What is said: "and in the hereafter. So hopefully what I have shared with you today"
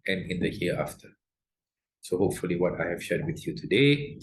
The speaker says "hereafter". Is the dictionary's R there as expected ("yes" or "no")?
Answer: no